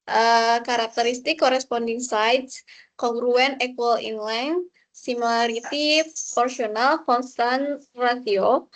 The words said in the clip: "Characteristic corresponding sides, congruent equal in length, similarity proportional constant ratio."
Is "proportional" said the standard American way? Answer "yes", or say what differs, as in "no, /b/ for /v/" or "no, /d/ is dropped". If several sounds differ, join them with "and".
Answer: no, /s/ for /ʃ/